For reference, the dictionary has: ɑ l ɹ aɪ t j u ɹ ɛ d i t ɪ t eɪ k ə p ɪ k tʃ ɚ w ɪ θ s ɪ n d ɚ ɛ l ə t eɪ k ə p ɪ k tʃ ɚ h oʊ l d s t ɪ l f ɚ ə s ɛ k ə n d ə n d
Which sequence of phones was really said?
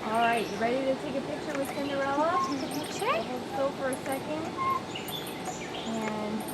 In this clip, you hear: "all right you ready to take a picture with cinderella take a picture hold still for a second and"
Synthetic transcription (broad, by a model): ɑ l ɹ aɪ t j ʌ ɹ ɛ d i t ɪ t eɪ k ə p ɪ k tʃ ɚ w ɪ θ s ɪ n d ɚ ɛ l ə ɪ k ə p ɪ k tʃ ɚ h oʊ d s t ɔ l f ɚ ə s ɛ k ə n d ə n